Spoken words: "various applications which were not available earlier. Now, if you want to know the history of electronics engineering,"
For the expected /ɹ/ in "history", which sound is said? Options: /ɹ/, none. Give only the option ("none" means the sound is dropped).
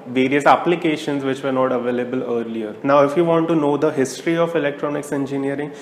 /ɹ/